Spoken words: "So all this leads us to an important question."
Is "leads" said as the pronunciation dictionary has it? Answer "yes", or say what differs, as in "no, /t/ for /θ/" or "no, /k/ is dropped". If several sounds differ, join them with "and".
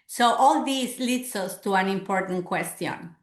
no, /s/ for /z/